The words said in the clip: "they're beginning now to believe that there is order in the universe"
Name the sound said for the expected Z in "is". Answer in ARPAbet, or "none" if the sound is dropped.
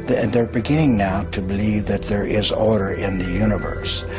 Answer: Z